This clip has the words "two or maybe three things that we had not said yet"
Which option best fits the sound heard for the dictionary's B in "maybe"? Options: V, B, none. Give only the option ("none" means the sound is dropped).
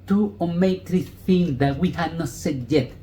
none